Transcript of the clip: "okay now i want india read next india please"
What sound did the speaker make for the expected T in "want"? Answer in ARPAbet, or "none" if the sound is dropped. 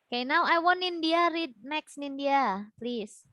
none